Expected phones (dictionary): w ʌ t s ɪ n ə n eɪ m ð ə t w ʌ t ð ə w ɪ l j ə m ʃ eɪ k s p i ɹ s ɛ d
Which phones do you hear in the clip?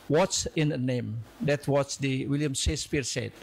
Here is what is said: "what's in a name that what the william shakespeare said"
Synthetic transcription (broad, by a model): w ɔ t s ɪ n ə n eɪ m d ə t w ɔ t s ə w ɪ l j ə m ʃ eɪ s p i ɹ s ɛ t